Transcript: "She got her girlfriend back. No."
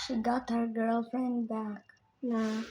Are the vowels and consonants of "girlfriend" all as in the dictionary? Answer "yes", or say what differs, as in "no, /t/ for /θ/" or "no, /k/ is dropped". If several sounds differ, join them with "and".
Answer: yes